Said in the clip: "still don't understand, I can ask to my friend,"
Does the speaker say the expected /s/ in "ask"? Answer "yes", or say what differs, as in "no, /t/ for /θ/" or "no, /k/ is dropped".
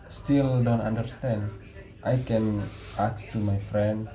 no, /s/ is dropped